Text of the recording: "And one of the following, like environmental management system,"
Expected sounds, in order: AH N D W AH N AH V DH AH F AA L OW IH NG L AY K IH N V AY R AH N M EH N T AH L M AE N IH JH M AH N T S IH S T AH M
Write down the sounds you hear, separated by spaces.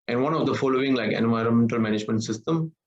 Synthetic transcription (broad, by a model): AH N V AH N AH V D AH F AA L OW IH NG L AY K IH N V AY R AH N M EH N T AH L M AE N IH JH M AH N T S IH S T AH M